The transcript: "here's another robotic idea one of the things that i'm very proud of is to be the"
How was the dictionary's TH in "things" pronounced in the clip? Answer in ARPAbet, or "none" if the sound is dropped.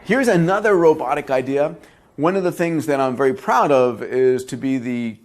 TH